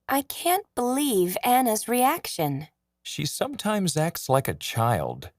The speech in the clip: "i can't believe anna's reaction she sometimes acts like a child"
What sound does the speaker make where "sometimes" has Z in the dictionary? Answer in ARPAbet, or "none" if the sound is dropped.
Z